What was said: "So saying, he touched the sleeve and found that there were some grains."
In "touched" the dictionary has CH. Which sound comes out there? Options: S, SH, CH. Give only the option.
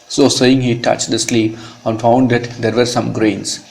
CH